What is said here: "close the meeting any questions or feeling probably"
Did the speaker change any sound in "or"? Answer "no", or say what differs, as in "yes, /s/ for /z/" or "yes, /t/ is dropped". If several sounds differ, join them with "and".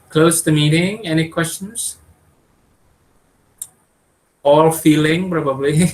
yes, /l/ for /ɹ/